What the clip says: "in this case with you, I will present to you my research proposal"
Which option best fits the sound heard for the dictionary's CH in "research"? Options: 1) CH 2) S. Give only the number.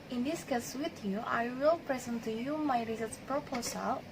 2